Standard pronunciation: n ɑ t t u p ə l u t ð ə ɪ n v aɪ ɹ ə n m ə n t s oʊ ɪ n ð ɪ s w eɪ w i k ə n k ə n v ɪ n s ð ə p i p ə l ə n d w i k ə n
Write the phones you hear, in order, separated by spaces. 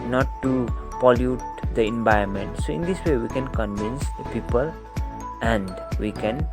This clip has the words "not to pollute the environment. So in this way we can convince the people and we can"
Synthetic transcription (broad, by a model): n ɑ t t u p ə l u t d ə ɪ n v aɪ ə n m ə n t s oʊ ɪ n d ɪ s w eɪ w i k ə n k ə n v ɪ n s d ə p i p ə l ə n d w i k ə n